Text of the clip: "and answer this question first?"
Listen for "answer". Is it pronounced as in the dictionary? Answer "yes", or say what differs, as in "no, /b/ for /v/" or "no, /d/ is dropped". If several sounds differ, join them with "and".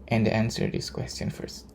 yes